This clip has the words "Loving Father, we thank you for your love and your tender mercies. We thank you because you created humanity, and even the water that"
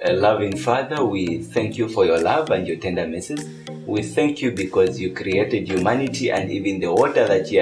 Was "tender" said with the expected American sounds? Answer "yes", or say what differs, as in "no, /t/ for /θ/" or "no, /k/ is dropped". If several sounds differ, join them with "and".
yes